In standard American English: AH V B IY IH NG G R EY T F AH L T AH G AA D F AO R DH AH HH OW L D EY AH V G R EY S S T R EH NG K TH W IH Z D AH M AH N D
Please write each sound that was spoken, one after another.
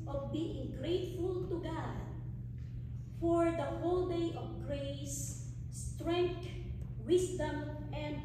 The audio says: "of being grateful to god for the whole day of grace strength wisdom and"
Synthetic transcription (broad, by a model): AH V B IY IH NG G R EY T F AH L T AH G AA D F AO R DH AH HH OW L D EY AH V G R EY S S T R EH NG K T W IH S D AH M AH N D